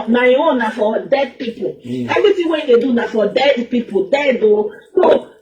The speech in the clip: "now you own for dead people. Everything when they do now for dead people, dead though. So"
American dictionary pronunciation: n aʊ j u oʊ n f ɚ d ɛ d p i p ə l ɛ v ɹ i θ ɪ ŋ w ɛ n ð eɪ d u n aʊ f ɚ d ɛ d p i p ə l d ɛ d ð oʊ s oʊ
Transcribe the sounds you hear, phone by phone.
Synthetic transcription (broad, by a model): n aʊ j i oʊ n f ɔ d ɛ d p i p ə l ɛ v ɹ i t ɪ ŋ w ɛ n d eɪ d u n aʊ f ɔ d ɛ d p i p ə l d ɛ d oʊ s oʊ